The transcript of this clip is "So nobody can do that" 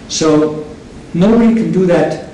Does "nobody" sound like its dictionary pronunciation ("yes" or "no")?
no